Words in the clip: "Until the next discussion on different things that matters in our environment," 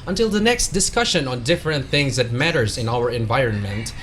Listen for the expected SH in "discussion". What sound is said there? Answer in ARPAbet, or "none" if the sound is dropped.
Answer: SH